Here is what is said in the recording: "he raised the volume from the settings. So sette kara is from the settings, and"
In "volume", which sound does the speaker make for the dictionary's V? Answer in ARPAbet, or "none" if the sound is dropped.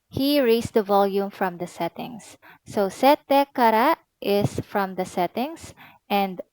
V